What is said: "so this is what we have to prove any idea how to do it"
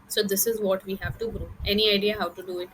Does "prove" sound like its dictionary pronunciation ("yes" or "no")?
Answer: no